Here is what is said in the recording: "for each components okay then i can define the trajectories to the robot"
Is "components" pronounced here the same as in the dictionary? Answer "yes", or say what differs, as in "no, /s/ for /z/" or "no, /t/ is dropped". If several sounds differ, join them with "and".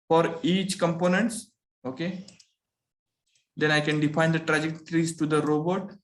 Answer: yes